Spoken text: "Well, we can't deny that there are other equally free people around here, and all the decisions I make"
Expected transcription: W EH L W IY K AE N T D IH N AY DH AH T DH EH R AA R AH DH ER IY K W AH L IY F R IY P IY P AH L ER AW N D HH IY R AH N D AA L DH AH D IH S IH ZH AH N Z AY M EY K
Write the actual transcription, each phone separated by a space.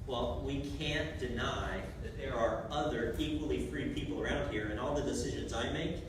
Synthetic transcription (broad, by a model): W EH L W IY K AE N D IH N AY DH AH T DH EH R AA R AH DH ER IY K W AH L IY F R IY P IY P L ER AW N D HH IY R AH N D AA L DH AH D IH S IH ZH AH N Z AY M EY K